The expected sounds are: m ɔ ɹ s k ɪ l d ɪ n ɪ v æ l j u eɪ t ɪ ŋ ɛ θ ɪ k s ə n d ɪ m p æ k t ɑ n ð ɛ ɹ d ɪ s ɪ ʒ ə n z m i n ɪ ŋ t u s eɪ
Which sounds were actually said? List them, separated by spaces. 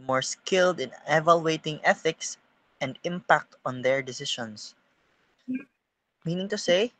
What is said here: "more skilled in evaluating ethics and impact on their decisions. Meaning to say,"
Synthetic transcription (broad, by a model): m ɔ ɹ s k ɪ l d ɪ n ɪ v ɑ l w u eɪ t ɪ ŋ ɛ θ ɪ k s ə n d ɪ m p æ k t ɑ n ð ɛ ɹ d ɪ s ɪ ʃ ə n s m i n ɪ ŋ t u s eɪ